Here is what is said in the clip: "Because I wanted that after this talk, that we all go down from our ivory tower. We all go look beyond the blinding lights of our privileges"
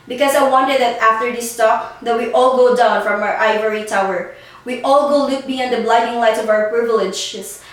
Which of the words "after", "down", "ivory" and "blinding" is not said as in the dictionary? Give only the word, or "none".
blinding